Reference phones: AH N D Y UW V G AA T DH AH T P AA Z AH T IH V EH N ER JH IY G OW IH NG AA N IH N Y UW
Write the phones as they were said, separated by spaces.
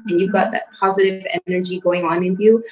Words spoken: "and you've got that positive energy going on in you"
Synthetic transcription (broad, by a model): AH N Y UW V G AA T DH AH T P AA Z AH T IH V EH N ER JH IY G OW IH NG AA N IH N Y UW